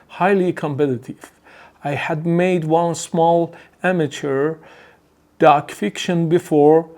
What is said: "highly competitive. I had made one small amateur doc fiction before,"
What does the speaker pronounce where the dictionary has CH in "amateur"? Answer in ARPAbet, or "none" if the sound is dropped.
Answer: CH